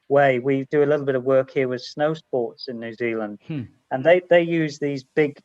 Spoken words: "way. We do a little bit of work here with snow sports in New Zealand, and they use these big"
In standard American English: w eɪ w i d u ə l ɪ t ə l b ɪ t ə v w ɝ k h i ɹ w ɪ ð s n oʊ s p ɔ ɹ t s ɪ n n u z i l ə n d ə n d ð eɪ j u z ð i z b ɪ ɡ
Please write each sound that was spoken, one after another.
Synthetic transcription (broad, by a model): w eɪ w i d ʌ ə l ɪ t l b ɪ t ə v w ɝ k h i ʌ w ɪ ð s n oʊ s p ɔ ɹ t s ɪ n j u z i l ə n d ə n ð ð eɪ j u z ð i z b ɪ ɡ